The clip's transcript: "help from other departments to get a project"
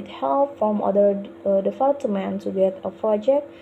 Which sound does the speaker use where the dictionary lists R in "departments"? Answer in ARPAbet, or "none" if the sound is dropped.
L